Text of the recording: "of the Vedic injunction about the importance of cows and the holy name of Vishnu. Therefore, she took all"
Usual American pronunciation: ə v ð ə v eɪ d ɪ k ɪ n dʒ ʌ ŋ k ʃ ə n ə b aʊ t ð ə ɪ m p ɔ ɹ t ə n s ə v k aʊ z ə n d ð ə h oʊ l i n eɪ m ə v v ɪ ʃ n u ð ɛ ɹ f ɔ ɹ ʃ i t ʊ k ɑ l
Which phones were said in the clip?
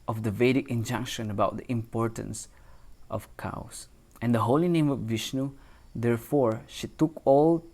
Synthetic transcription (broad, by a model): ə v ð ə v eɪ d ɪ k ɪ n dʒ ʌ ŋ k ʃ ə n ə b aʊ t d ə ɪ m p ɔ ɹ t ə n s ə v k aʊ s ə n d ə h oʊ l i n eɪ m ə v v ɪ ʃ n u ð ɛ ɹ f ɔ ɹ ʃ i t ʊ k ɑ l